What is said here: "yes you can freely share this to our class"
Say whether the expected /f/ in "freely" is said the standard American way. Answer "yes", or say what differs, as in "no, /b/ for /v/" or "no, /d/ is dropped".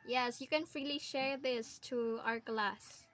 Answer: yes